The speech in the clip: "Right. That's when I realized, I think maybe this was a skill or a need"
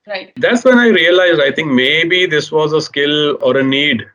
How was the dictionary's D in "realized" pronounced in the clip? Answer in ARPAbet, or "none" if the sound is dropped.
D